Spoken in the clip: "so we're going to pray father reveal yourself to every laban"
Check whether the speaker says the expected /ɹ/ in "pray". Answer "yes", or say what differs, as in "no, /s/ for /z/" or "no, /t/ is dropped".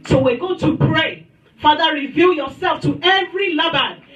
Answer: yes